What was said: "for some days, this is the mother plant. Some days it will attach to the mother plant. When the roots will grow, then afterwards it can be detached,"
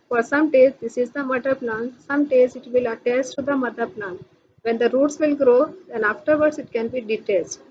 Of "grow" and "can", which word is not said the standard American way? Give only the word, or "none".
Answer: none